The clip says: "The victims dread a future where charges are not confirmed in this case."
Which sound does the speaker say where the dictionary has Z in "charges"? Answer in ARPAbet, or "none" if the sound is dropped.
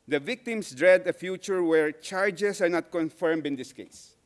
S